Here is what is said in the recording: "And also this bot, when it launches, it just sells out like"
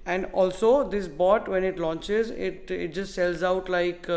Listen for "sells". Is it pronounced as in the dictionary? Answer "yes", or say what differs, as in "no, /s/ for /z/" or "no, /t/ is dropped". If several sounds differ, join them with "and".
yes